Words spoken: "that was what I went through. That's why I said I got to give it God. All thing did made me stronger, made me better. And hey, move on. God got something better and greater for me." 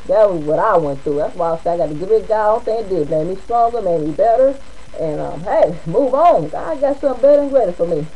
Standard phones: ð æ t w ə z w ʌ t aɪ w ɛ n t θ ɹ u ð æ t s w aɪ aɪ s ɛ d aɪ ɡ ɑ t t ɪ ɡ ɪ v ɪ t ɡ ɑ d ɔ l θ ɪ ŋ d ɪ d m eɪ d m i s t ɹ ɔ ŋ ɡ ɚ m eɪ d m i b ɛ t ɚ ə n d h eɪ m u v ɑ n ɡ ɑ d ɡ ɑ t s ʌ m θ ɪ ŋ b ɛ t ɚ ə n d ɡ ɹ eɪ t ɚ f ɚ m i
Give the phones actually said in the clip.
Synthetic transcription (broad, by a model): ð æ t w ə z w ʌ t aɪ w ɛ n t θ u ð æ t s w aɪ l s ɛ aɪ ɡ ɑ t t ɪ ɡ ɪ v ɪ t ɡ ɑ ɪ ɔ n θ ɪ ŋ d ɪ d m eɪ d m i s t ɹ ɔ ŋ ɡ ɚ m eɪ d m i b ɛ t ɚ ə n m h eɪ m u v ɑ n ɑ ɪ ɡ ɑ t s ʌ m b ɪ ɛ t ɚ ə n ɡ ɹ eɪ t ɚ f ɚ m i